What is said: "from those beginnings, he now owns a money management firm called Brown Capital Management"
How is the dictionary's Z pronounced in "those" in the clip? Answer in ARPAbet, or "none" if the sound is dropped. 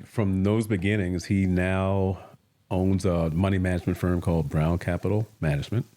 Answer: Z